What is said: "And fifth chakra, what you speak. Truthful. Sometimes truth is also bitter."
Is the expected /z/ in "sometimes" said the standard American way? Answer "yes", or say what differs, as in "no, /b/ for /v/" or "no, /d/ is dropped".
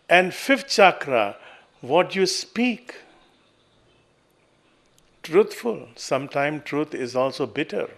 no, /z/ is dropped